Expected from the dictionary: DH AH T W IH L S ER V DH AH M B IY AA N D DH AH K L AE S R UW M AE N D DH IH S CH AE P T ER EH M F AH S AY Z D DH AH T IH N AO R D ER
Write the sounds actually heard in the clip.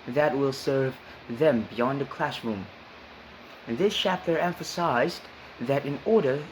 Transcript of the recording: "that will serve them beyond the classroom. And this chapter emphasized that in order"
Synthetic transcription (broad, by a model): DH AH T W IH L S ER V DH AH M B IY AA N D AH K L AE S R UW M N DH IH S CH AE P T ER EH M F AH S AY Z DH AH T IH N AO R D ER